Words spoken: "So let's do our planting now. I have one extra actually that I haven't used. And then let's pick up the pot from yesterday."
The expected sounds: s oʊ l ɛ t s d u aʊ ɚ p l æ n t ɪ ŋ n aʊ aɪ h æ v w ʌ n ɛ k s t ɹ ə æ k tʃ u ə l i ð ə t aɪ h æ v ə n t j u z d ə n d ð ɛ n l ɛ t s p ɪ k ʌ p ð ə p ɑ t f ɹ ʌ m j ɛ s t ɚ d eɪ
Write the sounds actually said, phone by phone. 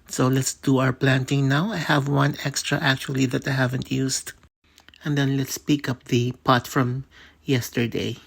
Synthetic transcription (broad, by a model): s oʊ l ɛ t s d u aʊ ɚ p l æ n t ɪ ŋ n aʊ aɪ h æ v w ʌ n ɛ k s t ɹ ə æ k tʃ u ə l i ð ə t aɪ h æ v ə n t j u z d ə n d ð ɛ n l ɛ t s p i k ʌ p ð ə p ɑ t f ɹ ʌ m j ɛ s t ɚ d eɪ